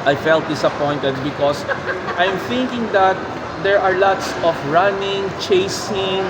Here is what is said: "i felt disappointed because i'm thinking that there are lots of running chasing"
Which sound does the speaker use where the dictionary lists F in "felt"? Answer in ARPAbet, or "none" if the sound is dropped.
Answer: F